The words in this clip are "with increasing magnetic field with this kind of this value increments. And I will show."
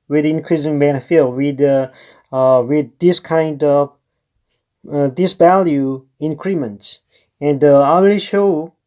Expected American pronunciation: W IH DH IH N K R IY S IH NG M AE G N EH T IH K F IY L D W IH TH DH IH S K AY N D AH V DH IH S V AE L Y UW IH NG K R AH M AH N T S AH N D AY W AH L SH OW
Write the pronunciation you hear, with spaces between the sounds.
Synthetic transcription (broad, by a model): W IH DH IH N K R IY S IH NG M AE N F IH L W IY D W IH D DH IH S K AY N D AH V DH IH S V AE L Y UW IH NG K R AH M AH N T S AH N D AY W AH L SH OW